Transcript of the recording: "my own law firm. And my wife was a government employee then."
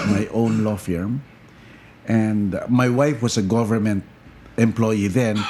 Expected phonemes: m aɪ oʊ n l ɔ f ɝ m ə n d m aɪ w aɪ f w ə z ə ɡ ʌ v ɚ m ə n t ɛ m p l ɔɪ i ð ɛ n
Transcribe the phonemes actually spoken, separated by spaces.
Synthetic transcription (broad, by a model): m aɪ oʊ n l ɔ f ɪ m ə n d m aɪ w aɪ f w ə s ə ɡ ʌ v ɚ m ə n t ɛ m p l ɔɪ i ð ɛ n